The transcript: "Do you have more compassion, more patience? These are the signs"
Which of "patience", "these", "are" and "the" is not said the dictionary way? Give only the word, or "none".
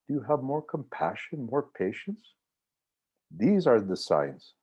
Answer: none